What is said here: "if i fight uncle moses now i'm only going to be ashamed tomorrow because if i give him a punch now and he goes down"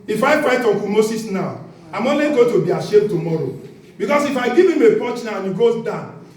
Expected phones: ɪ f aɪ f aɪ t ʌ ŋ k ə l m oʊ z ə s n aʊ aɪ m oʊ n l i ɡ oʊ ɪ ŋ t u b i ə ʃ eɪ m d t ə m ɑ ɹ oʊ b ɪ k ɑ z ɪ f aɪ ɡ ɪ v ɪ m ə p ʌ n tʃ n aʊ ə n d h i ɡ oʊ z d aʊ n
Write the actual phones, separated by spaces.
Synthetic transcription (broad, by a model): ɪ f aɪ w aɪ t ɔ k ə m oʊ s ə s n aʊ aɪ m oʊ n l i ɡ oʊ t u b i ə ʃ eɪ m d t ə m ɑ ɹ oʊ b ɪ k ɑ s ɪ f aɪ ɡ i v ɪ m ə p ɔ tʃ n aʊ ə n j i ɡ oʊ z d aʊ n